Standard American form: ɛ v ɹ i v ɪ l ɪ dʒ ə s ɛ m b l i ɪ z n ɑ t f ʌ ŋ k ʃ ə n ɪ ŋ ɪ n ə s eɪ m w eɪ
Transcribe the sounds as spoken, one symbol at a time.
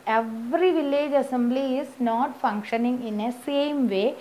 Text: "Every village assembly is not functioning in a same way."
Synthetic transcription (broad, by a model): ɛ v ɹ i v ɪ l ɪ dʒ ə s ɛ m b l i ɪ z n ɑ t f ʌ ŋ k ʃ ə n ɪ ŋ ɪ n ə s eɪ m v eɪ